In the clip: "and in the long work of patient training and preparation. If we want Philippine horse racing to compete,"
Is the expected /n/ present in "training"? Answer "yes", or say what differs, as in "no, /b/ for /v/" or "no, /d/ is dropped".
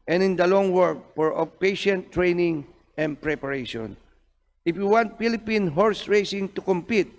yes